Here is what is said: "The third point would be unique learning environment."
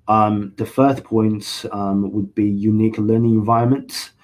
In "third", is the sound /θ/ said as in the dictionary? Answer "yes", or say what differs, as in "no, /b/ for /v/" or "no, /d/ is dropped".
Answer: no, /f/ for /θ/